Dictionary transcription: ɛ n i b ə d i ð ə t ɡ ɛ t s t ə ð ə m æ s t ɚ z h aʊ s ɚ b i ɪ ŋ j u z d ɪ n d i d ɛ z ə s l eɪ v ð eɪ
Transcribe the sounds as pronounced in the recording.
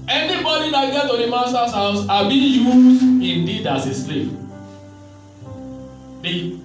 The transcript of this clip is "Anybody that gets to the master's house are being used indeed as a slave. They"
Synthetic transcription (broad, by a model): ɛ n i b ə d i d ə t ɡ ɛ t t ə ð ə m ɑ s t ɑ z h aʊ s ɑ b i j u z d ɪ n d i d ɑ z ə s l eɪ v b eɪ